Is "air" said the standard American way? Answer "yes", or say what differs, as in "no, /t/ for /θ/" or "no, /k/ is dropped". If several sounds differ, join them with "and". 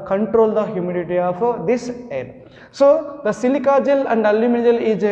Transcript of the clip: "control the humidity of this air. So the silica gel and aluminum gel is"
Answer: no, /l/ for /ɹ/